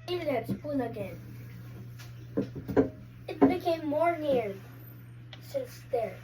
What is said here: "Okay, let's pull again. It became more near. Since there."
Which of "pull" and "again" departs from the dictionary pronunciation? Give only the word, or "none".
pull